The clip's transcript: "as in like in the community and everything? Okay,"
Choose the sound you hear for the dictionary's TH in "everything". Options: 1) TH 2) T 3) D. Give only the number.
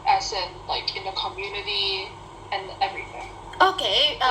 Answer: 1